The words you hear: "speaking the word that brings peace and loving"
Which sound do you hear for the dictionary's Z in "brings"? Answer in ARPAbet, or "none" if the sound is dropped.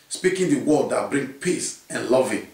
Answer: none